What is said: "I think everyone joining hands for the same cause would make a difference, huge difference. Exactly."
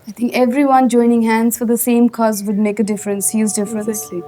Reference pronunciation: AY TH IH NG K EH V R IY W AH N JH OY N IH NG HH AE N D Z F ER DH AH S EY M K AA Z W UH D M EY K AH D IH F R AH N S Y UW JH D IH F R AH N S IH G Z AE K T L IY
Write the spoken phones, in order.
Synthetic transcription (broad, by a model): AY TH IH NG K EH V R IY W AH N JH OY N IH NG HH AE N D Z F ER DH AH S EY M K AA Z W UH D M EY K AH D IH F R AH N S Y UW Z D IH F R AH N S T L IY